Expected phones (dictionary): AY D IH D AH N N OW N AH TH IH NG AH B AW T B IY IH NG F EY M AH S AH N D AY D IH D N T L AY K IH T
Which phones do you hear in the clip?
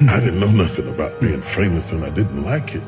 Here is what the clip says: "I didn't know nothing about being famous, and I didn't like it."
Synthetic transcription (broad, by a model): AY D IH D N N OW N AH TH IH NG AH B AW T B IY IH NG F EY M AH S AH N AY D IH D N T L AY K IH T